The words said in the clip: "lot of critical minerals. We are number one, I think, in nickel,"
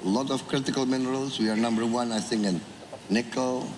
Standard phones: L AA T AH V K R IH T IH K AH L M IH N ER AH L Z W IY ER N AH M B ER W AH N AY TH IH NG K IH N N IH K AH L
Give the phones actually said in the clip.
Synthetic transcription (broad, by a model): L AA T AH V K R IH T IH K AH L M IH N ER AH L S W IY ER N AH M B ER W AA N AY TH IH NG IH N N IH K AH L